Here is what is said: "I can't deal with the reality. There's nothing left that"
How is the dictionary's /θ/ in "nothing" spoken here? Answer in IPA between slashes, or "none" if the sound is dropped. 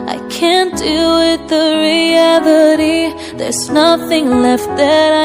/θ/